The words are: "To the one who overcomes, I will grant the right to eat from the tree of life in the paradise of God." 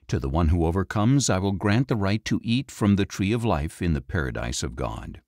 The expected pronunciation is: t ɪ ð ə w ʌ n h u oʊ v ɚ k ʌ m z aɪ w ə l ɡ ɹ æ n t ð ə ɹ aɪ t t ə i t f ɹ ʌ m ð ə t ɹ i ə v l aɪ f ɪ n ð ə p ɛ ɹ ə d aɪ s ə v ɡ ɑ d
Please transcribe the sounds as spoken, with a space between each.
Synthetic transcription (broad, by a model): t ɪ ð ə w ʌ n h u oʊ v ɚ k ʌ m z aɪ w ə l ɡ ɹ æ n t ð ə ɹ aɪ t t i t f ɹ ʌ m ð ə t ɹ i ə v l aɪ f ɪ n ð ə p ɛ ɹ ə d aɪ s ə v ɡ ɑ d